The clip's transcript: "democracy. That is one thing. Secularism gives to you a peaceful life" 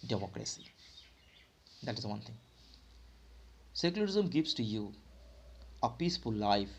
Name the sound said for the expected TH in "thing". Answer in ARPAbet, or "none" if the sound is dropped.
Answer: T